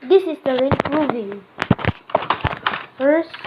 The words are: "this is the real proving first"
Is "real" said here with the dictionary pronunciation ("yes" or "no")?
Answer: no